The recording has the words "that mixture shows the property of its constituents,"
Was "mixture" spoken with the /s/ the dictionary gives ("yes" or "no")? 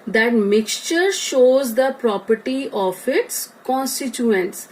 yes